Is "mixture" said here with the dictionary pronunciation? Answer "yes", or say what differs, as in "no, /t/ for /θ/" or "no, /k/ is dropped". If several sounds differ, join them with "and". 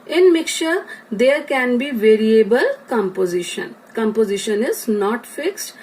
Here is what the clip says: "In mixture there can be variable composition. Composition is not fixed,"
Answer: no, /s/ is dropped